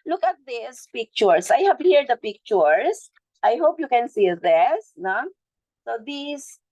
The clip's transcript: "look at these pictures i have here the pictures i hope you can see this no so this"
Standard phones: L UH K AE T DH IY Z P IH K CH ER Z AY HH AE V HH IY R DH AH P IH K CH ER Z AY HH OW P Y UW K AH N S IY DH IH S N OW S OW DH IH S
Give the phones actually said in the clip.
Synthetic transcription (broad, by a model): L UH K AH T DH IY S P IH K CH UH S AY HH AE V HH IY R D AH P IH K CH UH S AY HH OW P Y UW K AH N S IY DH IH S N OW S OW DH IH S